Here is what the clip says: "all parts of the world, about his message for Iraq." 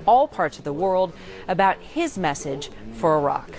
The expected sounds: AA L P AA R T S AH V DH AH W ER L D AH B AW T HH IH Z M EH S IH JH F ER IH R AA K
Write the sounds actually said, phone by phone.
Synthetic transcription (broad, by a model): AA L P AA R T S AH V DH AH W ER L D AH B AW T HH IH Z M EH S IH JH F ER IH R AA K